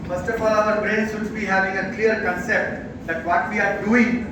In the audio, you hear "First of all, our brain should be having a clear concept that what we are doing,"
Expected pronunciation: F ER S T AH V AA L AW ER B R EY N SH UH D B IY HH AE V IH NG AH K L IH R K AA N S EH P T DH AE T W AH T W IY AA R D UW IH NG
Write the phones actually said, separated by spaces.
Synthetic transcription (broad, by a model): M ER S T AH F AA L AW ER B R EY N S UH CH B IY HH AE V IH NG AH K L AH R K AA N S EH P T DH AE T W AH T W IY AA R D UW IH NG